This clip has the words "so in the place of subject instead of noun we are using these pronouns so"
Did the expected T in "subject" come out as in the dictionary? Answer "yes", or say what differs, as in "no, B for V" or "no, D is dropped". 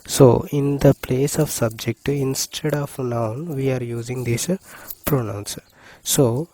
yes